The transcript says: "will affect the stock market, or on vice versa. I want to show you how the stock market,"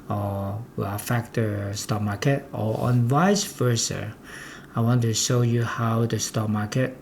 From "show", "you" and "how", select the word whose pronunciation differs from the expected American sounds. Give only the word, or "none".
none